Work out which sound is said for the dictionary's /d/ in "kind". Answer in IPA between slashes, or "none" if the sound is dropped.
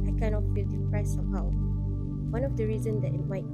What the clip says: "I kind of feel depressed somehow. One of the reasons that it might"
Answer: none